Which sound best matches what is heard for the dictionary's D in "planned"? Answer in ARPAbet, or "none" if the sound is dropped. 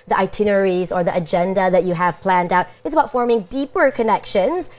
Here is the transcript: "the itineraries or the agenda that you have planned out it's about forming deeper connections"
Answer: D